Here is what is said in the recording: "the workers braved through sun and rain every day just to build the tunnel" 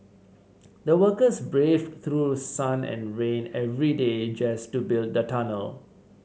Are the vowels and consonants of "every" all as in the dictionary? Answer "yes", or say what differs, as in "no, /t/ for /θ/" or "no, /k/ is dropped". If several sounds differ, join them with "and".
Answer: yes